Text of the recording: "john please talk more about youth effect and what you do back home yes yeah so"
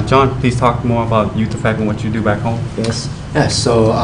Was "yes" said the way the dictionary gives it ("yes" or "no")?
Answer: yes